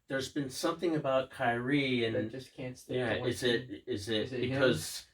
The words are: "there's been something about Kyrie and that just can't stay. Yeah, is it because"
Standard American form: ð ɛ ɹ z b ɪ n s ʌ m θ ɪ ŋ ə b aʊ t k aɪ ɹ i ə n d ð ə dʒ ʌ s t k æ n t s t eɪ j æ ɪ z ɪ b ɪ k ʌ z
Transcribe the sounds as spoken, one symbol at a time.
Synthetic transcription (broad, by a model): ð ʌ ɹ z b ɪ n s ʌ m θ ɪ ŋ ə b aʊ t k aɪ ɹ i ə n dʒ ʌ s k æ n t s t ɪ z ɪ ɪ z ɪ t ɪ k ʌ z